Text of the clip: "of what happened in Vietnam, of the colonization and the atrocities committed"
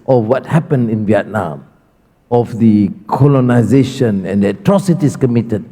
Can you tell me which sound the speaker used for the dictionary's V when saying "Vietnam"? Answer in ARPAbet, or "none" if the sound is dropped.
V